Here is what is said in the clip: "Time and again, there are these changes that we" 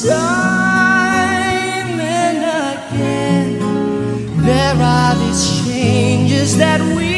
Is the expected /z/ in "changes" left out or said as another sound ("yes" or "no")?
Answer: no